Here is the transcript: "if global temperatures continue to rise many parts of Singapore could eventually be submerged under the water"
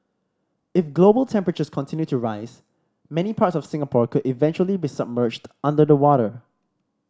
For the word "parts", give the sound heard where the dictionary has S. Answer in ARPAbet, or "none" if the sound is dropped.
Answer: S